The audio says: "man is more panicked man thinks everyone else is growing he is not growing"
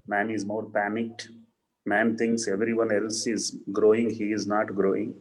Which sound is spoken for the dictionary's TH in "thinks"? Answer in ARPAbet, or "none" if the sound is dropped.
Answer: T